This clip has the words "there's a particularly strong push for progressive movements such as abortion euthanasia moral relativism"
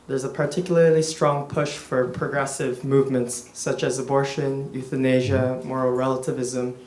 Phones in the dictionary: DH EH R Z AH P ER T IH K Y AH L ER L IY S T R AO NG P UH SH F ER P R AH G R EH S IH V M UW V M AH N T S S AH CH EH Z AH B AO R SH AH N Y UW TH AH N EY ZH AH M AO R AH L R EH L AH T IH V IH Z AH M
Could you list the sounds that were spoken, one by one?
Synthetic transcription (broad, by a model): DH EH R Z AH P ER T IH K Y L ER L IY S T R AO NG P UH SH F ER P R AH G R EH S IH V M UW V M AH N T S S AH CH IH Z AH B AO R SH AH N Y UW TH AH N EY ZH AH M AO R L R EH L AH T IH V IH Z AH M